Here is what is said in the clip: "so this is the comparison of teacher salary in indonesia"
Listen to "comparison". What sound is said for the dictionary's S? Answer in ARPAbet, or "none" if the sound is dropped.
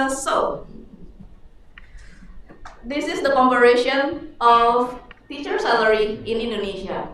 SH